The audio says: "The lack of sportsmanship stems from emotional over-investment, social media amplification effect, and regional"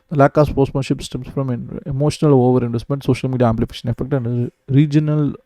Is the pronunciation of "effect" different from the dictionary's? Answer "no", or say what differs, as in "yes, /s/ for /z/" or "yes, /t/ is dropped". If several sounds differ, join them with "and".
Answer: no